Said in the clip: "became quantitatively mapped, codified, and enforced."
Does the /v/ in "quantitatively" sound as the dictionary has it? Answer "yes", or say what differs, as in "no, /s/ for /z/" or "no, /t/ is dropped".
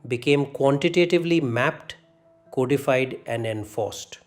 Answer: yes